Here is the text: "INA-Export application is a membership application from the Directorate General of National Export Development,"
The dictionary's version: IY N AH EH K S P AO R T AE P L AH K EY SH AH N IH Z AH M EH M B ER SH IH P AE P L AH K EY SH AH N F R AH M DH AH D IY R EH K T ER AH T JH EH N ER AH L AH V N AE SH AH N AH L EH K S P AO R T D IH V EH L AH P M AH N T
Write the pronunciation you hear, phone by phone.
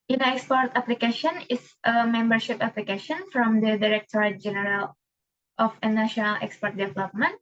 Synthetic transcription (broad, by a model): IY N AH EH K S P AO R T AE P L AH K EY SH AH N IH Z AH M EH M B ER SH IH P AE P L AH K EY SH AH N F R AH M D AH D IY R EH K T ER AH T JH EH N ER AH L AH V N AE SH AH N AH L EH K S P AO R T D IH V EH L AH P M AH N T